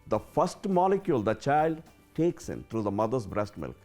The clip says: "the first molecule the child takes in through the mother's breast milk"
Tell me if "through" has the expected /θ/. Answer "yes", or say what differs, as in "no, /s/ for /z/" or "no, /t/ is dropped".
no, /t/ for /θ/